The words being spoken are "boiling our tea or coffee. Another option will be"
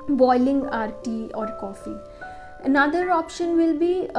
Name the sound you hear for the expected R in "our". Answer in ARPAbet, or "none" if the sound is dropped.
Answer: R